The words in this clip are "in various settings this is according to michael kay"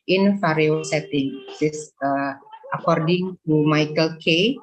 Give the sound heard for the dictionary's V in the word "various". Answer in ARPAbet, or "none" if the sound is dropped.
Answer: F